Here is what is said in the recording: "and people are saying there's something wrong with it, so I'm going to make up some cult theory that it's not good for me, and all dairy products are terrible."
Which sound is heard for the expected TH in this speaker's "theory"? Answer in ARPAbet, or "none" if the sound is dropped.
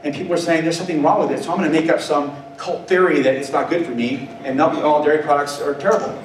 TH